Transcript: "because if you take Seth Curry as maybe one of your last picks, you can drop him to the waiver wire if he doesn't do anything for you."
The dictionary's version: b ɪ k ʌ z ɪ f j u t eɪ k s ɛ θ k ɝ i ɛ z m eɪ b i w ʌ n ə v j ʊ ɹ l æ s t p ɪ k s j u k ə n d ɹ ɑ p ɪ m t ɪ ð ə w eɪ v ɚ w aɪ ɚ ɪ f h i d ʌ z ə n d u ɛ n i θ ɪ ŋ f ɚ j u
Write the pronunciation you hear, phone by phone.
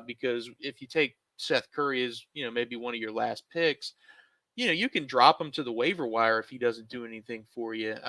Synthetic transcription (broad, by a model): b ɪ k ʌ z ɪ f j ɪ t eɪ k s ɛ θ k ɝ i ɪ z m eɪ b i w ʌ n ə v j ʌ ɹ l æ s t p ɪ k s j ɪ k ə n d ɹ ɑ p ɪ m t ɪ ð ə w eɪ v ɚ w aɪ ɚ ɪ f h i d ʌ z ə n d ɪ ɛ n i θ ɪ ŋ f ɚ j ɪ